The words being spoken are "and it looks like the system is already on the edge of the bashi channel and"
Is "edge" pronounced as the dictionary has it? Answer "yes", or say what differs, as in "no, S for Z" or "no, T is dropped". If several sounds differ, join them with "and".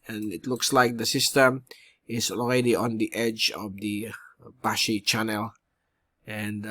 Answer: yes